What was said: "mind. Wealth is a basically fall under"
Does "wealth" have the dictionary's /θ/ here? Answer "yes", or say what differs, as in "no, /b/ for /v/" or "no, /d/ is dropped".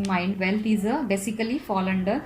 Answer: no, /t/ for /θ/